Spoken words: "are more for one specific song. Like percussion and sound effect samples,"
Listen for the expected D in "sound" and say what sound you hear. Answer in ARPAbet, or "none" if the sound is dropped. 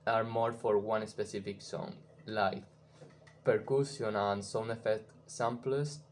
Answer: none